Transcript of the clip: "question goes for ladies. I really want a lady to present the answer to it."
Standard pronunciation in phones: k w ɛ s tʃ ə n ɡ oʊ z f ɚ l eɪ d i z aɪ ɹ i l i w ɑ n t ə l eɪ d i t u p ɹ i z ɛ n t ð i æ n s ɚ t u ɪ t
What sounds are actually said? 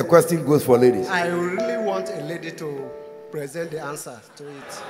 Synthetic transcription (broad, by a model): k w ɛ s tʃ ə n ɡ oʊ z f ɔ l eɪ d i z aɪ ɹ i l i w ɑ n t ə l eɪ d i t u p ɹ i z ɛ n t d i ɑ n s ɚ t u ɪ t